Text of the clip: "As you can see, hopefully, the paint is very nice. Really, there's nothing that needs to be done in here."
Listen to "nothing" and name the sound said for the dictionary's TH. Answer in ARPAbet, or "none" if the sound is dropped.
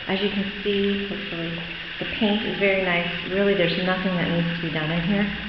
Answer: TH